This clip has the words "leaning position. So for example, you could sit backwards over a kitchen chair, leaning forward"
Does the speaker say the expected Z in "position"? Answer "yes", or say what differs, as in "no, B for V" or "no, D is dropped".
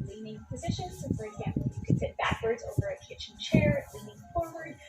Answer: yes